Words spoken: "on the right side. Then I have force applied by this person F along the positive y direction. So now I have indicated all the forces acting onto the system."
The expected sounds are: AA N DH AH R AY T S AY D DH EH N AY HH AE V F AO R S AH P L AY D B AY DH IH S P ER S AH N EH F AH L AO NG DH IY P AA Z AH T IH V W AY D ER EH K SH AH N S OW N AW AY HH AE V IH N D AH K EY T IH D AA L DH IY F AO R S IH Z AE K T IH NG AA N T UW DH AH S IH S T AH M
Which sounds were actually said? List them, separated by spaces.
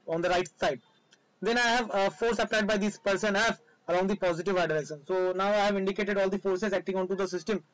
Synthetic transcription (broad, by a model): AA N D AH R AY T S AY D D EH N AY HH AE V F AO R S AH P L AY D B AY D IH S P ER S AH N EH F AH L AO NG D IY P AA Z AH T IH V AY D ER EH SH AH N S OW N AW AY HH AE V IH N D AH K EY T IH D AA L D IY F AO R S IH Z AE K T IH NG AA N T UW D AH S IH S T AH M